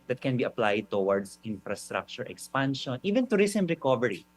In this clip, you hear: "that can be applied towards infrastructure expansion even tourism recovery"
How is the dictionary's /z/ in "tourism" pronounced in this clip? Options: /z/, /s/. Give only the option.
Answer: /s/